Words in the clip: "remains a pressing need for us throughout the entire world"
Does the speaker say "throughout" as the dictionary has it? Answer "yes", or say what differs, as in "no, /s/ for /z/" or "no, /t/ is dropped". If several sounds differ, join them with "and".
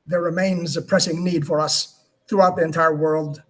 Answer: yes